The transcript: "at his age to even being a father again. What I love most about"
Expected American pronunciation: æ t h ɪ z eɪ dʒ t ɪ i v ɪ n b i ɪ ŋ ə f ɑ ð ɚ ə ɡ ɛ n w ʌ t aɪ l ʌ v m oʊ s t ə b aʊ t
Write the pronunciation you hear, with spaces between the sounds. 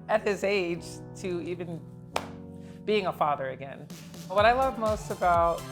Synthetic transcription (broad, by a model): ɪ t h ɪ z eɪ dʒ t ɪ i v ɪ n b i ɪ ŋ ə f ɑ ð ɚ ə ɡ ɛ n w ʌ t aɪ l ʌ v m oʊ s t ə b aʊ t